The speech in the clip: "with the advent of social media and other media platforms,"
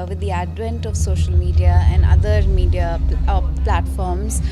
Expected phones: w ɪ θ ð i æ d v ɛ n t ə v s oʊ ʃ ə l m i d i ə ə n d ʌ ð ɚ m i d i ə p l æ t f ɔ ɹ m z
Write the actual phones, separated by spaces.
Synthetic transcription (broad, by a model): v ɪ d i æ d v ɛ n t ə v s oʊ ʃ ə l m i d i ə ə n d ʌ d ɚ m i d i ə p l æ t f ɔ ɹ m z